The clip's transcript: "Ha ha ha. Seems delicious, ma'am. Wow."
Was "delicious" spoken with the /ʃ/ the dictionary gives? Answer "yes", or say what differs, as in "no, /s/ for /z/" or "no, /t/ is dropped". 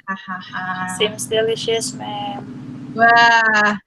yes